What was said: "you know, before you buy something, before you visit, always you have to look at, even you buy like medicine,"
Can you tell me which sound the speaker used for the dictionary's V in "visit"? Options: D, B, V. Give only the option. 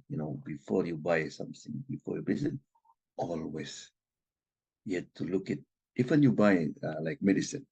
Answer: B